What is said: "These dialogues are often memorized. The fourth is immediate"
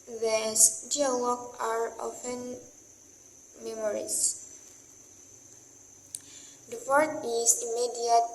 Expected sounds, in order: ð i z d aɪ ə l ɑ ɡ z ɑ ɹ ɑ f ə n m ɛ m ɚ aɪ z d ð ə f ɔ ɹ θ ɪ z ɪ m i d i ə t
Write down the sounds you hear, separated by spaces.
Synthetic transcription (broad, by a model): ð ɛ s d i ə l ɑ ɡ ɑ ɹ ɑ f ə n m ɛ m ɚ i s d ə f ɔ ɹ t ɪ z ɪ m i d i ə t